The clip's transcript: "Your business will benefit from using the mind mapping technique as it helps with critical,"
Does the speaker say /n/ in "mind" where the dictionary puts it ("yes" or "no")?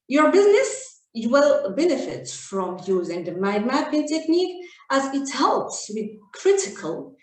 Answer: no